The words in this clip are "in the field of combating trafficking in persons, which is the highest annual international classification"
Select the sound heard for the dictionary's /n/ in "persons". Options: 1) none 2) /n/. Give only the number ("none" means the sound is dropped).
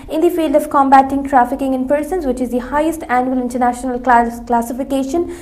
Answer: 2